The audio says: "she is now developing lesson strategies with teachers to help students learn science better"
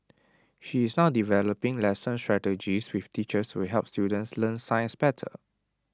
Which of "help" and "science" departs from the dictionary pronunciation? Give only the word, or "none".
none